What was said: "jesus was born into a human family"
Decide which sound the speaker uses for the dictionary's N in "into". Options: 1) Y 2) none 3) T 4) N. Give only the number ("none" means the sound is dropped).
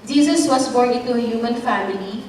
2